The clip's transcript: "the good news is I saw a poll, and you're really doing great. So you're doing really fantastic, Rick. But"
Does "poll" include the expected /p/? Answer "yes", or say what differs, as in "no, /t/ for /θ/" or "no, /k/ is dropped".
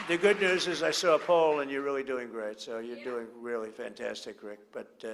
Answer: yes